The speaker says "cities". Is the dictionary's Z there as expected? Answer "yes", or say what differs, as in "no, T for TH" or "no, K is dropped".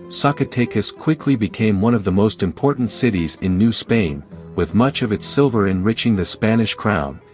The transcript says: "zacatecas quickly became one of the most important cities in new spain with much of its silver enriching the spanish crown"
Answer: yes